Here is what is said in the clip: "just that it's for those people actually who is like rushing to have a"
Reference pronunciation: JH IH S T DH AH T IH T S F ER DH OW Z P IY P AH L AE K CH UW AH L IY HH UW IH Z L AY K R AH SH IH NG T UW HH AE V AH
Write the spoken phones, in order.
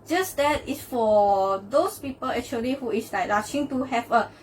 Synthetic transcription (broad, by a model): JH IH S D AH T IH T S F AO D OW S P IY P AH L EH K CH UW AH L IY HH UW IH S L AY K L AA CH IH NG T UW HH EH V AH